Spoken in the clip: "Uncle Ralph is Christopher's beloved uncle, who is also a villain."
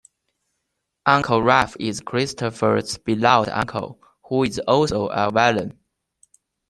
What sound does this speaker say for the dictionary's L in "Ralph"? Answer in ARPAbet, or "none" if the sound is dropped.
none